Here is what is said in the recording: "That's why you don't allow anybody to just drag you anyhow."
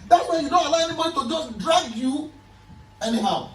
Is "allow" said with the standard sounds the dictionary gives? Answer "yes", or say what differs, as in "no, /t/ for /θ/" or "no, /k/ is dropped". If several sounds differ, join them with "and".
yes